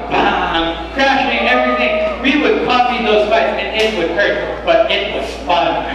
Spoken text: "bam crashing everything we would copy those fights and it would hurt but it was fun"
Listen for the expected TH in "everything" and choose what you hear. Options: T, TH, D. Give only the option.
TH